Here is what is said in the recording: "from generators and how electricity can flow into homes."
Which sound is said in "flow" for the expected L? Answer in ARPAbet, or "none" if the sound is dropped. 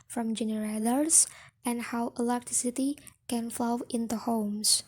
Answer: L